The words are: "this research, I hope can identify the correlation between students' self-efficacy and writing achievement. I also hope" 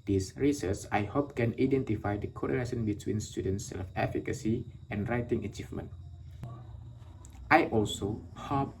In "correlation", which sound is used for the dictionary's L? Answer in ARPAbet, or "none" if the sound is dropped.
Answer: N